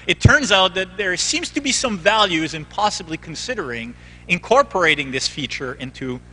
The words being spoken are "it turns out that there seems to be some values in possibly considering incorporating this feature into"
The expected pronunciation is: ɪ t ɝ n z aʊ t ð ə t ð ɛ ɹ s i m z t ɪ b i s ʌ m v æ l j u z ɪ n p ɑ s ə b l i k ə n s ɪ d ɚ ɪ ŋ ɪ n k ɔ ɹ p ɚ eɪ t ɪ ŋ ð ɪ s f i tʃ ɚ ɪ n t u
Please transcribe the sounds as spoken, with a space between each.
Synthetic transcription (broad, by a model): ɪ t ɝ n z aʊ t ð ə t ð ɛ ɹ s i m z t ɪ b i s ʌ m v æ l j u z ɪ n p ɑ s ə b l i k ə n s ɪ d ɚ ɪ ŋ ɪ n k ɔ ɹ p ɚ eɪ t ɪ ŋ ð ɪ s f i tʃ ɚ ɪ n t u